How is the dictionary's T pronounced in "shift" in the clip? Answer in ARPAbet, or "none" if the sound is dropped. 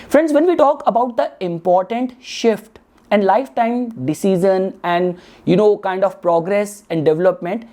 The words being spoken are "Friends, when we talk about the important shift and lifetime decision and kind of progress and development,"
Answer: T